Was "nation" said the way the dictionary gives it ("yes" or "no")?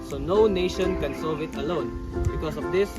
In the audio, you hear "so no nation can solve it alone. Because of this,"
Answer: yes